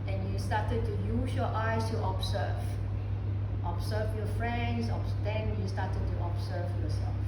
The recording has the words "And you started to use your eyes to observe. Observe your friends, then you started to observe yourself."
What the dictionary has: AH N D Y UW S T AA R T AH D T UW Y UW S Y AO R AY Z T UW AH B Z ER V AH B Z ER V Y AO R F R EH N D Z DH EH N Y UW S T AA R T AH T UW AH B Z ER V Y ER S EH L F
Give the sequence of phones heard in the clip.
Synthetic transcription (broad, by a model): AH N Y UW S T AA T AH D T UW Y UW S Y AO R AY S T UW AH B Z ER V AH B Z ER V Y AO F R EH N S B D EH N Y UW S T AA T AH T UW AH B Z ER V Y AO S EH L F